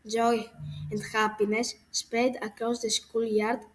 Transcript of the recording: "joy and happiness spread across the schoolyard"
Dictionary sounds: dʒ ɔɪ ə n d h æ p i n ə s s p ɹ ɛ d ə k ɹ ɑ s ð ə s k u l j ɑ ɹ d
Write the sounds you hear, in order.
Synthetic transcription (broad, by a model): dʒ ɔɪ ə n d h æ p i n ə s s p ɛ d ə k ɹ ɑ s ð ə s k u l j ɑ ɹ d